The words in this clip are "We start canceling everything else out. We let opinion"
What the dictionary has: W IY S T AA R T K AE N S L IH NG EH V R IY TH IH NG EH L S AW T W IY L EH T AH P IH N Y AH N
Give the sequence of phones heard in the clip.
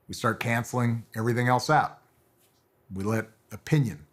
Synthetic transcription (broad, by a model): W IY S T AA R T K AE N S L IH NG EH V R IY TH IH NG EH L S AW T W IY L EH T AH P IH N Y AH N